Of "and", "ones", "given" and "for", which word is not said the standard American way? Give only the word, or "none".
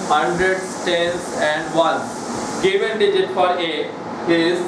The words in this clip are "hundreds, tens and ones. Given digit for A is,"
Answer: ones